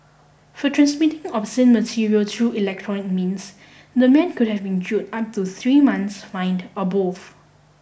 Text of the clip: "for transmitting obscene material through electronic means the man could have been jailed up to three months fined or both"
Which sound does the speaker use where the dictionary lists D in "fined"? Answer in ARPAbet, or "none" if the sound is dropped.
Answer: D